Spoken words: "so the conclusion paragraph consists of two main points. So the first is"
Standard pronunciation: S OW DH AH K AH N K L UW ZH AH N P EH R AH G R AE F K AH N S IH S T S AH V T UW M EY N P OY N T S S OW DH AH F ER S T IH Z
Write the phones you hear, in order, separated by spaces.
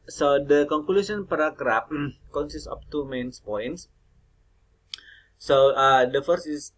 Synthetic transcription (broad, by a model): S OW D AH K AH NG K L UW S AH N P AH R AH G R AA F K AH N S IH S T AH P T UW M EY N P OY N T S S OW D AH F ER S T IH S